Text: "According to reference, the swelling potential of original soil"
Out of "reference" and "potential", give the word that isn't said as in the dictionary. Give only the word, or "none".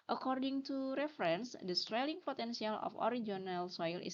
potential